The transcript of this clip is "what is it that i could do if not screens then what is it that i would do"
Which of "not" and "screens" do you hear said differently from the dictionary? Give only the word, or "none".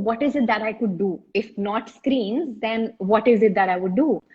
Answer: none